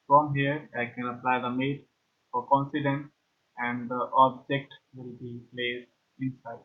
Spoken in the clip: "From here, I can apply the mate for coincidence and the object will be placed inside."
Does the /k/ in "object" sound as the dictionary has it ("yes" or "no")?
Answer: yes